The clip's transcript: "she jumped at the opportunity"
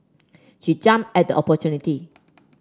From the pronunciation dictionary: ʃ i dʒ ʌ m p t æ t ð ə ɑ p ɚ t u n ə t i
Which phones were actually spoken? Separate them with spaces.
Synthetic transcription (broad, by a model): ʃ i dʒ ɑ m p ɛ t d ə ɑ p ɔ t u n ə t i